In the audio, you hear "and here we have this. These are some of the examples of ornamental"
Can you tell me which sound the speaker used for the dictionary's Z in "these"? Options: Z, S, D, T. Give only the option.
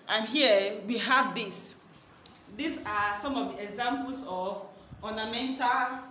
S